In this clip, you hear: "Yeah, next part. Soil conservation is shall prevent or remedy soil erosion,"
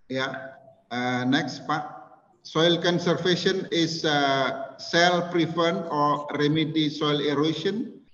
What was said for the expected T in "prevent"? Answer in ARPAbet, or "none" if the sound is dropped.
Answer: none